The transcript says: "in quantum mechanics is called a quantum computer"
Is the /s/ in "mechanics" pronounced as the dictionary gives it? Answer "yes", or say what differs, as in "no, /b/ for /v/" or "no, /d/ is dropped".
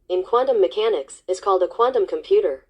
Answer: yes